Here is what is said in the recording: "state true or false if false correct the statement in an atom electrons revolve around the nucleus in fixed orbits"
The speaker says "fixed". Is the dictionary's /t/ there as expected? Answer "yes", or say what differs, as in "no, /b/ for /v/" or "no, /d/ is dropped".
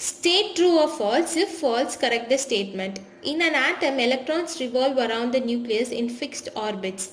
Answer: yes